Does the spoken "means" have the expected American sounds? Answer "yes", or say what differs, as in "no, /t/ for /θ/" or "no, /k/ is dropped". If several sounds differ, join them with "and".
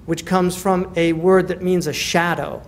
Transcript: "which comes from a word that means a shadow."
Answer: yes